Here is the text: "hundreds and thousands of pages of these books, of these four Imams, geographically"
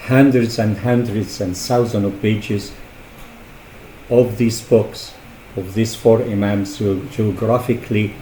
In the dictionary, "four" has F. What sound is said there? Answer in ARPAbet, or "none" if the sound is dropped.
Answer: F